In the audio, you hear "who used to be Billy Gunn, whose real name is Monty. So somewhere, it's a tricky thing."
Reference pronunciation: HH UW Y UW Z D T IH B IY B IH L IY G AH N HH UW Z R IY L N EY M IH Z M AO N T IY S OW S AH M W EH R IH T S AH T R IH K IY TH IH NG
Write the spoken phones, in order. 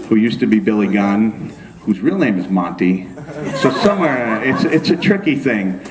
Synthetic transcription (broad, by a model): HH UW Y UW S T IH B IY B IH L IY G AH N HH UW Z R IY L N EY M IH Z M AO N T IY S OW S AH M W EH R IH T S AH T R IH K IY TH IH NG